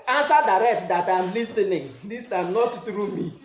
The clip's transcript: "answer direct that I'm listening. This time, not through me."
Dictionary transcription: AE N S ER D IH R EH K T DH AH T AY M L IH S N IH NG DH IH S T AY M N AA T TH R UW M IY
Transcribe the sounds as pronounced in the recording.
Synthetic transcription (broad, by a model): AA N S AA D IH R EH K T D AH T AY M L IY S N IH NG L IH S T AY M N AA T T R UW M IY